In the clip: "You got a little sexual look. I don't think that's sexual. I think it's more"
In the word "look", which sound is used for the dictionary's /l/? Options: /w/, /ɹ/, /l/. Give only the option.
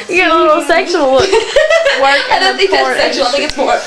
/w/